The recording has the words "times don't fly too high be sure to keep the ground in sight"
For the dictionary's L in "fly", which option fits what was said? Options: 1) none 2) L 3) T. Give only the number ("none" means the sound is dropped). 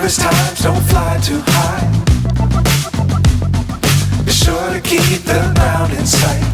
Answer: 2